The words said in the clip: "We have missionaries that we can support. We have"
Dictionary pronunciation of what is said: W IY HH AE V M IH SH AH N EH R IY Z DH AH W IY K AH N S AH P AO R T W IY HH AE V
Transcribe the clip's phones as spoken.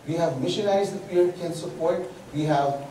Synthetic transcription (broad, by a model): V IY HH AE V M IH SH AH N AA IY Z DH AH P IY K AH N S AH P AO R T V IY HH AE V